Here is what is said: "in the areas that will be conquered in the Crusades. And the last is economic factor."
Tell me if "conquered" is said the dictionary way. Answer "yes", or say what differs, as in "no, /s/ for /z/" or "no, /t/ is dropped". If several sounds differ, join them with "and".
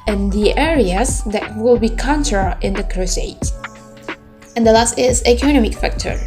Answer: no, /d/ is dropped